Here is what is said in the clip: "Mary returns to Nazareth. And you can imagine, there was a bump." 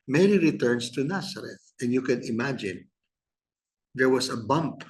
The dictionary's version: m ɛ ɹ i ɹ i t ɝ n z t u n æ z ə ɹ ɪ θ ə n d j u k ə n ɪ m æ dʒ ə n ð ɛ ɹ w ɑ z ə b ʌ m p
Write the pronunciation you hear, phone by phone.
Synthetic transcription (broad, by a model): m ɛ ɹ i ɹ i t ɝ n s t u n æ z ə ɹ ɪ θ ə n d j u k ə n ɪ m æ dʒ ə n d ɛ ɹ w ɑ s ə b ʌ m p